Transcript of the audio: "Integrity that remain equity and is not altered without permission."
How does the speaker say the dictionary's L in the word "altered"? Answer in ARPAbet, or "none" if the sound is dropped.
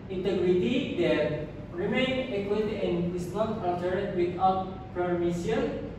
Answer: N